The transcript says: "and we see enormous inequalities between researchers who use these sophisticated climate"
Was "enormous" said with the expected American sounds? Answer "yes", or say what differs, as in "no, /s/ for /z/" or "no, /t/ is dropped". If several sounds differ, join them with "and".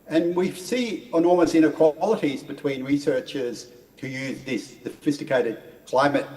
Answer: no, /l/ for /ɹ/